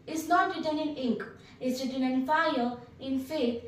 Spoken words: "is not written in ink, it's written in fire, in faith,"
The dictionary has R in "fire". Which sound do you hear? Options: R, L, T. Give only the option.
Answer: L